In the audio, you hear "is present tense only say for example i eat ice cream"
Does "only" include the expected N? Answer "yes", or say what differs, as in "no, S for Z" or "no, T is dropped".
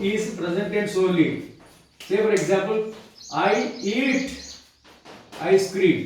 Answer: no, N is dropped